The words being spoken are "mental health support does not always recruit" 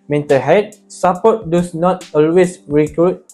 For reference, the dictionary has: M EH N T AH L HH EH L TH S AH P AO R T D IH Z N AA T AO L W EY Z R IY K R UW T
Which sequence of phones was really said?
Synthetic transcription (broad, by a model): M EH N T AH HH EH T S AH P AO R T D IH S N AA T AO L W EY S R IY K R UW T